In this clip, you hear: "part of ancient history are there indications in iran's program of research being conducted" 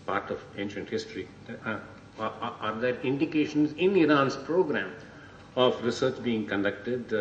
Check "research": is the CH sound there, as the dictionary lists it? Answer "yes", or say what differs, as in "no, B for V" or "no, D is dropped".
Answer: yes